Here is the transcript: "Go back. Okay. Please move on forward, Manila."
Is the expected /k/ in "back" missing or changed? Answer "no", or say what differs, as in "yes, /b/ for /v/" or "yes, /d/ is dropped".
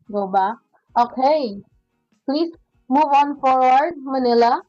yes, /k/ is dropped